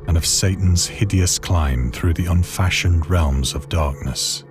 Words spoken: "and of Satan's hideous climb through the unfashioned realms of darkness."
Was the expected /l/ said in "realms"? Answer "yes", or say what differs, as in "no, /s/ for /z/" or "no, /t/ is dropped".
yes